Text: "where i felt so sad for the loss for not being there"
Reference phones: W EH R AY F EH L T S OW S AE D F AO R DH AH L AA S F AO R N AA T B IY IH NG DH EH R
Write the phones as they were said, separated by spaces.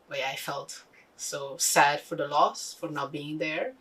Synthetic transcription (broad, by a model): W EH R AY F EH L T S OW S AE D F AO R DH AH L AA S F AO R N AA B IY IH NG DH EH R